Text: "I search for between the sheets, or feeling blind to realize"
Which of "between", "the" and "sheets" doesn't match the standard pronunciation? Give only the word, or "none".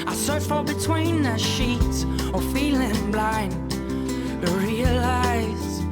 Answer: sheets